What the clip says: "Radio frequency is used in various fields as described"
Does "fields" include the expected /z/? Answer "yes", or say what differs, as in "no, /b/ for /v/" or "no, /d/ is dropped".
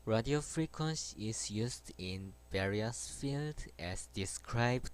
no, /z/ is dropped